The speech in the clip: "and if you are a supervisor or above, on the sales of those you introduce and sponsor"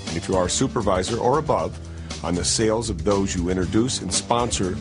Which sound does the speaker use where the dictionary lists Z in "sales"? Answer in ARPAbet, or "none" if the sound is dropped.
Z